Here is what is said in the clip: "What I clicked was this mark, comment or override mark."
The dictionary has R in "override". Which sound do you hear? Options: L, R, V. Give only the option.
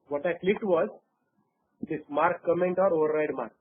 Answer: R